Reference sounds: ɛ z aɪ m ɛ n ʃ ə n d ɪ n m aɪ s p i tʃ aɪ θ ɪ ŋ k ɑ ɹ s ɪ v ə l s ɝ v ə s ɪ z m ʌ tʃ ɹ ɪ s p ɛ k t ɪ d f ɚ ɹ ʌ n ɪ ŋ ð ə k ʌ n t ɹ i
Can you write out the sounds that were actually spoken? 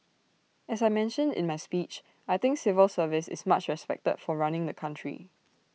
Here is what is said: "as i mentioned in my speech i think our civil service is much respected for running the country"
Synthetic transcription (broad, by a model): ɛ s aɪ m ɛ n ʃ ə n d ɪ n m aɪ s p i tʃ aɪ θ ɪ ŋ k s ɪ v ə l s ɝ v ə s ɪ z m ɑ tʃ ɹ ɪ s p ɛ k t ɪ d f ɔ ɹ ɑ n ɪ ŋ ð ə k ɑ n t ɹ i